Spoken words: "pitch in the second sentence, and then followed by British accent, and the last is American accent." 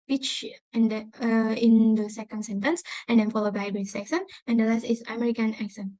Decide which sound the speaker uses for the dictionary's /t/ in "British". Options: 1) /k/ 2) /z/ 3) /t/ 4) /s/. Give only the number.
4